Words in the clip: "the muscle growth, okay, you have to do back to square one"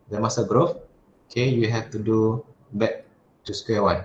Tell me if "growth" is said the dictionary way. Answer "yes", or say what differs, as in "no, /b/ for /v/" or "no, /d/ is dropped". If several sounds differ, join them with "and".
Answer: no, /f/ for /θ/